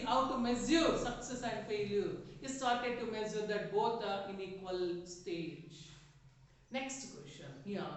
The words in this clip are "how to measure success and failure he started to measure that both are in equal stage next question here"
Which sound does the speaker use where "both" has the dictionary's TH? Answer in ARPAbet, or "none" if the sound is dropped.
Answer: T